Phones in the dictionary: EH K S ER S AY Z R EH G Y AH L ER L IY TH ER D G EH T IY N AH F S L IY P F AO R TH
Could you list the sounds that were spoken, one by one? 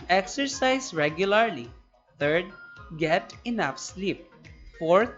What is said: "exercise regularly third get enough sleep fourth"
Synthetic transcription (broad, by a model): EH K S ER S AY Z R EH G Y AH L ER L IY T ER D G EH T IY N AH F S L IY P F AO R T